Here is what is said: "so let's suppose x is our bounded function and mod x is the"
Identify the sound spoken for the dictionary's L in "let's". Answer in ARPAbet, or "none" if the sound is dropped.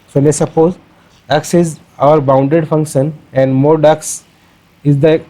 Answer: N